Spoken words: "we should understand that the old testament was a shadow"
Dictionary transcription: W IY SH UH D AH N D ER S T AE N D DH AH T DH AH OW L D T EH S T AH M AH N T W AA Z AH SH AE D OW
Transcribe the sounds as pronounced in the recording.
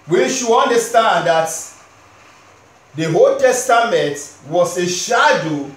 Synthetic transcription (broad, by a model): W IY SH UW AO N D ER S T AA N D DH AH T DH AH OW L T EH S T AH M AH N T W AA S AH SH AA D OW